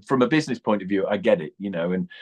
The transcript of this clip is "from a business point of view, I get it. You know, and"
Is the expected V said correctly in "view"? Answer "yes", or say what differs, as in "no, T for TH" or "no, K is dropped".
yes